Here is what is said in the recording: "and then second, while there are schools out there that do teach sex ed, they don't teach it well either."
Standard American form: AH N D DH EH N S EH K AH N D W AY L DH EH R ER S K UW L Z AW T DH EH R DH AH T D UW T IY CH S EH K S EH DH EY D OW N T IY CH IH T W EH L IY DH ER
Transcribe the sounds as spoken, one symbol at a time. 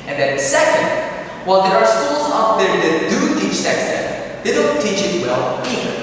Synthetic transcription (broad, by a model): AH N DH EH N S EH K AH N D W AY L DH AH R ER S K UW L Z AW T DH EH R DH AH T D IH T IY CH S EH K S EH DH EY D OW N T IY CH IH T W EH L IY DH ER